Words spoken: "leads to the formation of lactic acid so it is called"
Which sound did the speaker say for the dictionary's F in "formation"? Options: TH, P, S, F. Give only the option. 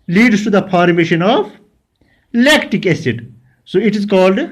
P